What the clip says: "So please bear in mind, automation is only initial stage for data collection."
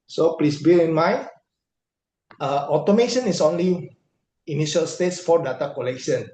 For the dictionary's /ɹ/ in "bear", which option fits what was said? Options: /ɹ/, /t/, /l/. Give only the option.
/l/